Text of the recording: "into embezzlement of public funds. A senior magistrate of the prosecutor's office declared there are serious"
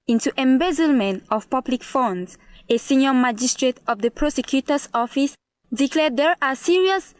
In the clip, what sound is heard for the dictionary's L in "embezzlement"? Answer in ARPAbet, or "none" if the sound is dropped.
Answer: L